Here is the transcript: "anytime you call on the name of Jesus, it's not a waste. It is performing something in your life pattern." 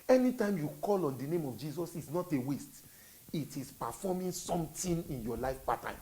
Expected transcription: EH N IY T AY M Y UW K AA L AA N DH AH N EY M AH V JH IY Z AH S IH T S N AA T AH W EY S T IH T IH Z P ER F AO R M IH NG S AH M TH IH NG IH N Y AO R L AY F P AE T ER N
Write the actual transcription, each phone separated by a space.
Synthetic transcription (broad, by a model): EH N IY T AY M Y UW K AA L AA N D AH N EY M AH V JH IY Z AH S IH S N AA T AH W EY S T IH T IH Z P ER F AO M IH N S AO M T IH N IH N Y AO L AY F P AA T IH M